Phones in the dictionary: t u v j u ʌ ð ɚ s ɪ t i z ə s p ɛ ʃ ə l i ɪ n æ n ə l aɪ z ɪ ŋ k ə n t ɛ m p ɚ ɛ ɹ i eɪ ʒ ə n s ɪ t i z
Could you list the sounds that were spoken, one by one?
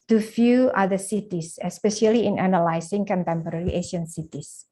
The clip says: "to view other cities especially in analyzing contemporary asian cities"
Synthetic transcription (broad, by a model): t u f j u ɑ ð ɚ s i t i s ə s p ɛ ʃ ə l i ɪ n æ n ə l aɪ s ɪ ŋ k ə n t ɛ m p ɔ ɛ ɹ i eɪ ʃ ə n s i t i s